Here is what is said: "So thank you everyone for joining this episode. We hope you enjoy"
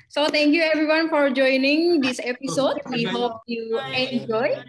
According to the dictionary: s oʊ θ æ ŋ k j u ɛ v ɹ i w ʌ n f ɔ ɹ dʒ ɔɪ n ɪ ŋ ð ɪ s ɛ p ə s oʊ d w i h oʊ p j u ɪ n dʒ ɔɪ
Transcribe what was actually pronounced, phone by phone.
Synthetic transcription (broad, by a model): s oʊ t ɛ ŋ k j u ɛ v ɹ i w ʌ n f ɔ ɹ dʒ ɔɪ n ɪ ŋ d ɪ s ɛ p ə s oʊ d w i h oʊ p j u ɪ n dʒ ɔɪ